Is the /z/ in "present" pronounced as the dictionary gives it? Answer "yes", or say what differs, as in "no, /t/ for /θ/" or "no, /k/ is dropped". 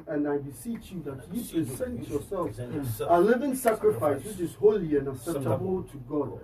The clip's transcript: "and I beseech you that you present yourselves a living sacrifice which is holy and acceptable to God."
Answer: no, /s/ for /z/